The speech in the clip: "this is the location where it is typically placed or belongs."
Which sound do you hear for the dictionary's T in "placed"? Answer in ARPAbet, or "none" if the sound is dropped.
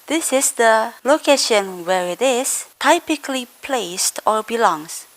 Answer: T